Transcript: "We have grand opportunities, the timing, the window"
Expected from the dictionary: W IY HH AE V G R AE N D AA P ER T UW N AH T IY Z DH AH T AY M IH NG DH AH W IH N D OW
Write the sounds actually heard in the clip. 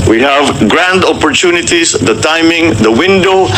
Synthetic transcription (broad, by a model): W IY HH AE V G R AE N D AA P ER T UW N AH T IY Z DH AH T AY M IH NG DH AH W IH N D OW